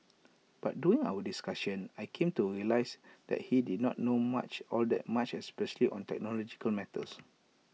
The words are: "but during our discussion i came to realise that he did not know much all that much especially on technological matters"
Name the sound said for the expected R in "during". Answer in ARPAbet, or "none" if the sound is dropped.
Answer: none